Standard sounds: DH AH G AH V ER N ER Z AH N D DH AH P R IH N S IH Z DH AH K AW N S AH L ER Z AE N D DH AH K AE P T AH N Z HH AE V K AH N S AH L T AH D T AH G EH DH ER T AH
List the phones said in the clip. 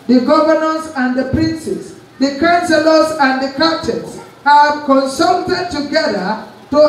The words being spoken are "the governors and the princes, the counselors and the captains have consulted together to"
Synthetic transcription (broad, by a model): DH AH G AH V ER N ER S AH N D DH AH P R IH N S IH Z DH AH K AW N S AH L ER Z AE N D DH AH K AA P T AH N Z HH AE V K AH N S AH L T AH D T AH G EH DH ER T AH